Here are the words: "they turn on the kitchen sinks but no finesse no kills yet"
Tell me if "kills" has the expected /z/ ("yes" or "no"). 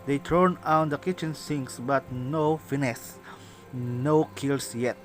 no